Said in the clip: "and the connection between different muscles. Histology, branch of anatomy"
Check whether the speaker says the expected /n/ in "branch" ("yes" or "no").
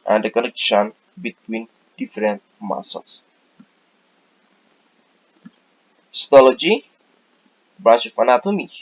no